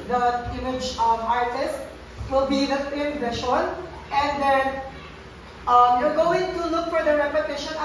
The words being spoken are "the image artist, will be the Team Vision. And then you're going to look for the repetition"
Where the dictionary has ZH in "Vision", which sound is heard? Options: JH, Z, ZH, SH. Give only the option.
SH